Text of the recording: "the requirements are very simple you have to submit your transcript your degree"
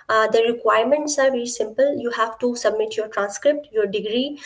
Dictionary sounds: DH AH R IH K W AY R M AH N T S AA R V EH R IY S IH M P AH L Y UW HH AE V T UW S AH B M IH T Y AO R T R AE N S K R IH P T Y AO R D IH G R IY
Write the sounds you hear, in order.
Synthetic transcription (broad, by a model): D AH R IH K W AY R M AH N T S AA R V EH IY S IH M P AH L Y UW HH AE V T UW S AH B M IH T Y AO R T R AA N S K R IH P T Y AO R D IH G R IY